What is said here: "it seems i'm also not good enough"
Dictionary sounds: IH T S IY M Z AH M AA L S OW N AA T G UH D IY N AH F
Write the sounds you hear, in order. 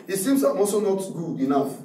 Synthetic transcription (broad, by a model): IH T S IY M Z AH M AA S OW N AA T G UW IY N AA F